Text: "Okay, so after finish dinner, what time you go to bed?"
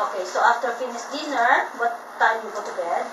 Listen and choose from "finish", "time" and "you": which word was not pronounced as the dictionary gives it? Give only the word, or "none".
finish